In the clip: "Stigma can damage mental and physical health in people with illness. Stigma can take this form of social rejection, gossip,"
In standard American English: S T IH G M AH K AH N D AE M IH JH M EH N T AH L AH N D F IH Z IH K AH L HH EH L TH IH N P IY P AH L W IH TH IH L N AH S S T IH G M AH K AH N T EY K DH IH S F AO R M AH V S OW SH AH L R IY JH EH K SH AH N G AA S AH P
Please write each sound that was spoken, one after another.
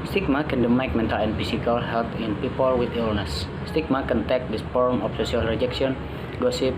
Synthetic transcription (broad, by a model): S T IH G M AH K AH N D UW M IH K M EH N T AH L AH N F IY S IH K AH L HH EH L T IH N P IY P AH L W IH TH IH L N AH S S T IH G M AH K AH N T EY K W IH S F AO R M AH F S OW S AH L R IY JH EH K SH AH N G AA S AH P